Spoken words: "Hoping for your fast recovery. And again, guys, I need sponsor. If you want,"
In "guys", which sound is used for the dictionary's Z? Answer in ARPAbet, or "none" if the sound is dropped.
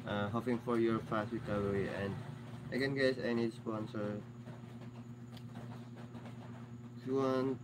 S